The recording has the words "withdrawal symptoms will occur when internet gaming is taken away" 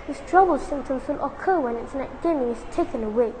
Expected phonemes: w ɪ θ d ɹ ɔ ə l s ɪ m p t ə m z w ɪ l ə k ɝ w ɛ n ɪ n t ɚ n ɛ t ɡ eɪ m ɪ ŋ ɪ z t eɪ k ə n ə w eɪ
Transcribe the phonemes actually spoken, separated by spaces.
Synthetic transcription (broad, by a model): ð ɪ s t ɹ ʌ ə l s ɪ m t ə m s w ɪ l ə k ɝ w ɛ n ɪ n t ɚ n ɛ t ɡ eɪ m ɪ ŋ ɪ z t eɪ k ə n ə w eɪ